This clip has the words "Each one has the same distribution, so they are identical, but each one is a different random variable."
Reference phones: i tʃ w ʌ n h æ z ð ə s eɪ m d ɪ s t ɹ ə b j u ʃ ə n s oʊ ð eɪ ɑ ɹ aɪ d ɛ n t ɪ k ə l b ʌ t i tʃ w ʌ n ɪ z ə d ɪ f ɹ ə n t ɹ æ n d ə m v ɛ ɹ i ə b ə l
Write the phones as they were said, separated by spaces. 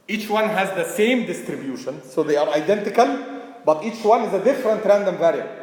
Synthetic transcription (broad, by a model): i tʃ w ʌ n h æ z ð ə s eɪ m d ɪ s t ɹ ə b j u ʃ ə n s oʊ ð eɪ ɑ ɹ aɪ d ɛ n t ɪ k ə l b ʌ t i tʃ w ʌ n ɪ z ə d ɪ f ɹ ə n t ɹ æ n d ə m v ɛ ɹ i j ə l